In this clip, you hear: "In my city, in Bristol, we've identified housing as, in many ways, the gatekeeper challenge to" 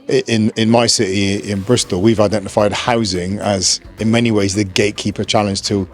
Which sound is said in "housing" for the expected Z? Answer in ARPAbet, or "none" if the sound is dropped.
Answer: Z